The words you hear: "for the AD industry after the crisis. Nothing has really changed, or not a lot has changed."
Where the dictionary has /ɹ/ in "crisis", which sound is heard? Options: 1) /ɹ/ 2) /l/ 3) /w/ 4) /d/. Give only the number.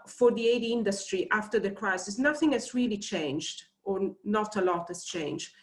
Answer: 1